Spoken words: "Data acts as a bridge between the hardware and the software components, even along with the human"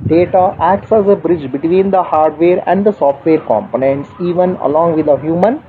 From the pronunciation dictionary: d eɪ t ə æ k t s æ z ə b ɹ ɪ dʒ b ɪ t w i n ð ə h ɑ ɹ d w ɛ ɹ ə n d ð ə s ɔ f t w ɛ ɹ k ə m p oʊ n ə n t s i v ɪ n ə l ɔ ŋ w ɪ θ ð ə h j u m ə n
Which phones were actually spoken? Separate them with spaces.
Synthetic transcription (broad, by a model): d eɪ t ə æ k t s æ z ə b ɹ ɪ dʒ b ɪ t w i n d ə h ɑ ɹ d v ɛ ɹ ə n d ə s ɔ f t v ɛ ɹ k ə m p oʊ n ə n t s i v ɪ n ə l ɔ ŋ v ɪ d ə h j u m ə n